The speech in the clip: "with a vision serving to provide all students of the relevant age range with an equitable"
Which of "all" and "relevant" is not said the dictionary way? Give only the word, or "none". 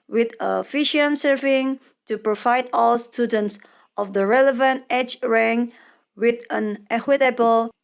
none